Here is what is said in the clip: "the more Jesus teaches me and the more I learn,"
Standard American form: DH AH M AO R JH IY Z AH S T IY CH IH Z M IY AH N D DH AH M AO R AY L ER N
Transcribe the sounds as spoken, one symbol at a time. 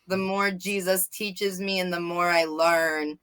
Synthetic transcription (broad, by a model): DH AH M AO R JH IY Z AH S T IY CH IH Z M IY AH N DH AH M AO R AY L ER N